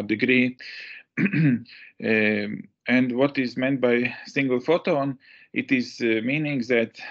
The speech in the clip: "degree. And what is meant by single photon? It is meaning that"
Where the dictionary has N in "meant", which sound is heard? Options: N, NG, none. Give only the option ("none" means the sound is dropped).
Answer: N